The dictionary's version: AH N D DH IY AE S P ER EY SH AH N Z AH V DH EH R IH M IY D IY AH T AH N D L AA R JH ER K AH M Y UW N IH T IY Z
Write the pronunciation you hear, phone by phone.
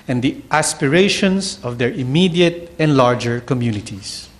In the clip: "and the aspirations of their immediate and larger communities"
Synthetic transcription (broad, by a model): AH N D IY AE S P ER EY SH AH N S AH V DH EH R IH M IY D IY AH T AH N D L AA R JH ER K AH M Y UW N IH T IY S